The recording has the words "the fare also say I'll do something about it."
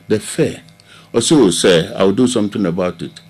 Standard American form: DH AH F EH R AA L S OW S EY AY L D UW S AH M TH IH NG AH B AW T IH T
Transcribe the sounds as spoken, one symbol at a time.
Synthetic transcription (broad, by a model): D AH F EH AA S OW S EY AY W D UW S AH M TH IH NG AH B AW T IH T